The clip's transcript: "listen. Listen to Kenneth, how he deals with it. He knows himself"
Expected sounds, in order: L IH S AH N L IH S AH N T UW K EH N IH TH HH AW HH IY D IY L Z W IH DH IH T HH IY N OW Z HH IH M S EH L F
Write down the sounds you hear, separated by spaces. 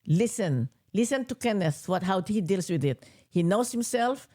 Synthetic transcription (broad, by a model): L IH S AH N L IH S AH N T UW K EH N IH T HH AW HH IY D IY L S W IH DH IH T HH IY N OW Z HH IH M S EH L F